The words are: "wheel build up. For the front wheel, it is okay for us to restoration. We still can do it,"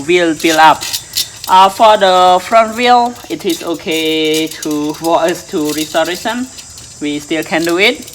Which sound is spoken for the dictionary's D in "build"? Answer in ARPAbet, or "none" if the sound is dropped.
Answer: none